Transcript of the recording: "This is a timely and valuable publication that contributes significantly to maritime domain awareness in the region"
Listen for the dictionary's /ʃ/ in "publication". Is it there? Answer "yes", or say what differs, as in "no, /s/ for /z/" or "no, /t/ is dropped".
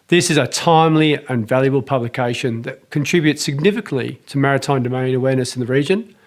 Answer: yes